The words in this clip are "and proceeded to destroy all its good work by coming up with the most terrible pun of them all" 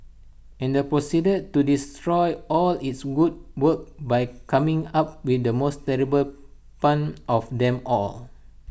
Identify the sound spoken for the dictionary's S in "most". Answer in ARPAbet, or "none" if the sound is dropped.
S